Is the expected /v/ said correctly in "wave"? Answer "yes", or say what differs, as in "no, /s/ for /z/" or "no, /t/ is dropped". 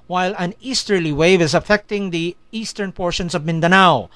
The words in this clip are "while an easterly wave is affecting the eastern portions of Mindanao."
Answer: yes